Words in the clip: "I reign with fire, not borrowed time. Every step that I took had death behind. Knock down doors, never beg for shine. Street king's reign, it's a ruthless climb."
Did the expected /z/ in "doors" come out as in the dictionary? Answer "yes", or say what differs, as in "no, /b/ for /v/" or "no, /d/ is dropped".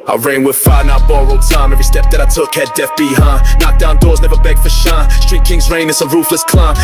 yes